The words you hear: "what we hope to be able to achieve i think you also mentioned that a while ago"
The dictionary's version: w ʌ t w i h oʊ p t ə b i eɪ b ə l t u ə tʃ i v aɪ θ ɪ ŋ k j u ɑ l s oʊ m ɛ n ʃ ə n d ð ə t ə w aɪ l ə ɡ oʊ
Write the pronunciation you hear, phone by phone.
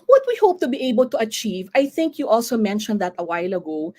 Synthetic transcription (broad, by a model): w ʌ t w i h oʊ p t ə b i eɪ b ə l t u ə tʃ i v aɪ θ ɪ ŋ k j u ɑ l s oʊ m ɛ n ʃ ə n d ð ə t ə w aɪ l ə ɡ oʊ